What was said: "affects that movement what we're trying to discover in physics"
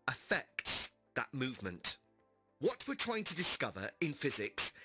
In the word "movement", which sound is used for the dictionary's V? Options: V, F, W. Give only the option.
V